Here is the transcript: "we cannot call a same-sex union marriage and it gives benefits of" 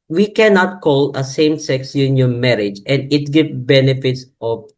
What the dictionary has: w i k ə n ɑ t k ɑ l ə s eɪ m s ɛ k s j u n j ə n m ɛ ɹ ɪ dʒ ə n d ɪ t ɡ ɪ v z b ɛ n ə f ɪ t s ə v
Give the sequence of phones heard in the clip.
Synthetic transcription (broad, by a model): w i k ə n ɑ t k ɑ l ə s eɪ m s ɛ k s j u n j ə n m ɛ ɹ ɪ dʒ ə n d ɪ t ɡ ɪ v b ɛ n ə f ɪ t s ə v